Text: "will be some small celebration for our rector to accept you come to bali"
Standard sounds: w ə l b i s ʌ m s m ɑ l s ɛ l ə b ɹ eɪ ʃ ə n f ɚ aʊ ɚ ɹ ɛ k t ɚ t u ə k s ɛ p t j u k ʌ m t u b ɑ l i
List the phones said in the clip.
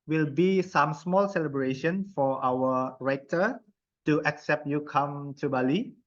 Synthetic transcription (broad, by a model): w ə l b i s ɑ m s m ɑ l s ɛ l ə b ɹ eɪ ʃ ə n f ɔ aʊ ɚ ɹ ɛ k t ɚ t u ə k s ɛ p t j u k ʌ m t u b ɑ l i